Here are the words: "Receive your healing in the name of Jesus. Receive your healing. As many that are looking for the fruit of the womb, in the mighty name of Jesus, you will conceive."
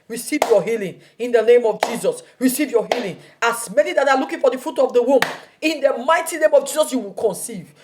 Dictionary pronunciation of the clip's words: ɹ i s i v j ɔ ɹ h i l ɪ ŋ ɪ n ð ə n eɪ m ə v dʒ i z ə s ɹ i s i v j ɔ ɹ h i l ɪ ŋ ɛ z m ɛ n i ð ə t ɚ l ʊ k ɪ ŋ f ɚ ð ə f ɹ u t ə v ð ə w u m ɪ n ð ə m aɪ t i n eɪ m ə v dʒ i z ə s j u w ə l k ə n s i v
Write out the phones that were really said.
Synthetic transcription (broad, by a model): ɹ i s i v j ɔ h i l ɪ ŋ ɪ n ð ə n eɪ m ə v dʒ i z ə s ɹ i s i v j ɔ h i l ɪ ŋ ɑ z m ɛ n i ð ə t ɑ l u k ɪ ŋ f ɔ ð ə f u t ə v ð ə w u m ɪ n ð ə m aɪ t i n eɪ m ə v dʒ i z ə s j u w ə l k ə n s i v